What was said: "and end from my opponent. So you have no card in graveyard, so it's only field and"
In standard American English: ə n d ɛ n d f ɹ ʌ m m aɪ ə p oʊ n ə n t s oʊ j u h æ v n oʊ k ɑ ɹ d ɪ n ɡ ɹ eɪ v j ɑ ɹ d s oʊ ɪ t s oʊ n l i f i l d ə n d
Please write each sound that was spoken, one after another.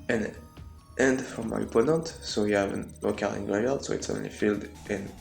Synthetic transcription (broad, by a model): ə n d ɛ n d f ɹ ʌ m m aɪ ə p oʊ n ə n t s oʊ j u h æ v n oʊ k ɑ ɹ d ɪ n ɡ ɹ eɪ j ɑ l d s oʊ ɪ t s oʊ n l i f i l d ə n